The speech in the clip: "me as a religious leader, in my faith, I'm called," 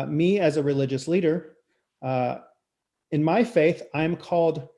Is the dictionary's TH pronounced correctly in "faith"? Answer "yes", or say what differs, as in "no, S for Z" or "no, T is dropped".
yes